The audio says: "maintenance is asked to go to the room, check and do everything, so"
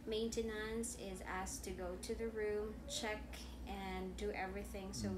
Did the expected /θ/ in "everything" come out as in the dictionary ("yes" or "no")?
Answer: yes